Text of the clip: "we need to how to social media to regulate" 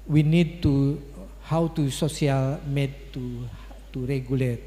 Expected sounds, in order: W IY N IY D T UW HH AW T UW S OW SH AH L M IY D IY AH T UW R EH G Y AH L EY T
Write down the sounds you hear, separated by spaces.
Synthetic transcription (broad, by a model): W IY N IY D T UW HH AW T UW S OW S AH L M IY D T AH T UW R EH G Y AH L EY T